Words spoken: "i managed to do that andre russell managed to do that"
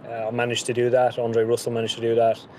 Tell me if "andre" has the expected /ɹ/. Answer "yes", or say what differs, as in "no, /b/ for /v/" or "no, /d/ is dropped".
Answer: yes